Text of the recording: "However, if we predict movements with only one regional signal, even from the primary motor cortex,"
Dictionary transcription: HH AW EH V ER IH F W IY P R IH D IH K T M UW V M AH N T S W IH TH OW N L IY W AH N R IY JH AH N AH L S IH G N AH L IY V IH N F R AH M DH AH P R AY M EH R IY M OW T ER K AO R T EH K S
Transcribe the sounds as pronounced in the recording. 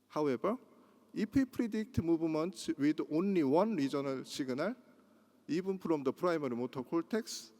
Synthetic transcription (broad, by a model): HH AW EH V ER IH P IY P R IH D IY K T M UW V M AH N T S W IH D OW N L IY W AH N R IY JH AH N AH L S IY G N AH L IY B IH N P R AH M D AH P R AY M EH R IY M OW T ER K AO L T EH K S